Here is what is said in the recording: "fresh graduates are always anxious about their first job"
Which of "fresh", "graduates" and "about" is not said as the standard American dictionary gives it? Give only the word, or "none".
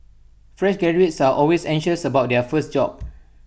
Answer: graduates